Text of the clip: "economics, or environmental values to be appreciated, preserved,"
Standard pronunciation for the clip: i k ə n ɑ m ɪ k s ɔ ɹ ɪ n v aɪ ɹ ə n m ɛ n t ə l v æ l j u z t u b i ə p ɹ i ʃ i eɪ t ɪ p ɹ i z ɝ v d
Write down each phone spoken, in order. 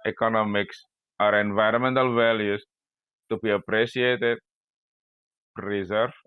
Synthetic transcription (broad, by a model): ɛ k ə n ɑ m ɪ k s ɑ ɹ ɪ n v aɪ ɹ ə m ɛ n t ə l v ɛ l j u s t u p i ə p ɹ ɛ s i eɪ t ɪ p ɹ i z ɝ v